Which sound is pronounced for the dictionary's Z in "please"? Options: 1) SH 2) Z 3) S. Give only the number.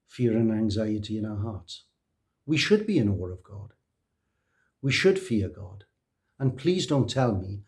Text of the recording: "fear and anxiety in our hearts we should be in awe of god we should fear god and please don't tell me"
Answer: 2